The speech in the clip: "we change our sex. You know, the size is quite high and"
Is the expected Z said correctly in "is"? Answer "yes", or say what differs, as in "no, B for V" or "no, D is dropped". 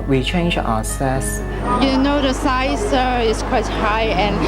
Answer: no, S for Z